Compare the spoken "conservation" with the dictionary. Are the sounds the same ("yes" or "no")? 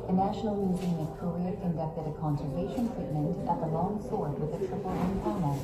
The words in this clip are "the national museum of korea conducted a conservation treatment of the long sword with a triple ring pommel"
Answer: yes